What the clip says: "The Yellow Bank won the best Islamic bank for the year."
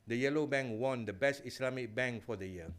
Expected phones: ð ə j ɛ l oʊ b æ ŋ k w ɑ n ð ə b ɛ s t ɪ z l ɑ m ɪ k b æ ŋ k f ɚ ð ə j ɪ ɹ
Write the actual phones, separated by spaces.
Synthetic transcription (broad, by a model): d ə j ɛ l oʊ b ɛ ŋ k w ɑ n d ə b ɛ s t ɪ s l ɑ m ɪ k b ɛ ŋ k f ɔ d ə j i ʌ